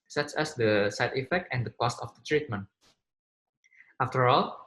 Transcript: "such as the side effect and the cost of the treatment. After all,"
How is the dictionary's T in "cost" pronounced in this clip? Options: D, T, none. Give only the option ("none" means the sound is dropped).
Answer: T